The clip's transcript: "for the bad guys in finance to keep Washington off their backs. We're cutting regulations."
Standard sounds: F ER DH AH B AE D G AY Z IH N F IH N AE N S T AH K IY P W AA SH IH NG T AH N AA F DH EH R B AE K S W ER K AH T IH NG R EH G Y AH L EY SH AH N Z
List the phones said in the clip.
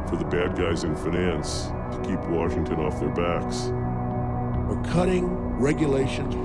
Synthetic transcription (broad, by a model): F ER DH AH B AE D G AY Z IH N F IH N AE N S T AH K IY P W AA SH IH NG T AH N AA F DH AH R B AE K S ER K AH T IH NG R EH G Y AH L EY SH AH N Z